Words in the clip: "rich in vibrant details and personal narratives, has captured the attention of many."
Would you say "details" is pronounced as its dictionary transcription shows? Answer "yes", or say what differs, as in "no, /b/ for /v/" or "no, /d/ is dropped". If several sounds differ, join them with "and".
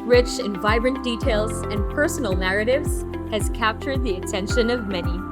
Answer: yes